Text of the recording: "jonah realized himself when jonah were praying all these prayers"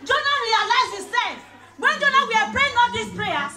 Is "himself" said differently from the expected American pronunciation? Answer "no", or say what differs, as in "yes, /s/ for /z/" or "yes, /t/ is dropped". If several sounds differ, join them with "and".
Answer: yes, /m/ is dropped